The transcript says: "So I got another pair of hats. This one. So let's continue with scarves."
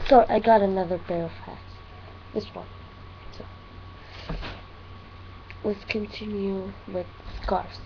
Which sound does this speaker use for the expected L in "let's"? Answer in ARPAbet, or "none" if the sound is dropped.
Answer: W